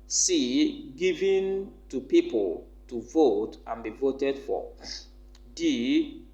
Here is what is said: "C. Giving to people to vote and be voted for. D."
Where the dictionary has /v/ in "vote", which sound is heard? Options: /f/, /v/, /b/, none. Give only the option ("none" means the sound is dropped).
/v/